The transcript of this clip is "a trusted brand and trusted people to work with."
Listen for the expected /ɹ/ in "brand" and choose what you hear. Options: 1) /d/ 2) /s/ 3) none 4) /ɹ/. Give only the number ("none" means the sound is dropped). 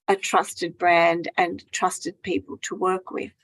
4